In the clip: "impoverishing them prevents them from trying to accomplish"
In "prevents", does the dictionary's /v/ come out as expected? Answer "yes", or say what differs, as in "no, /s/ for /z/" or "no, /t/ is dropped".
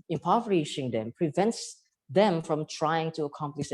yes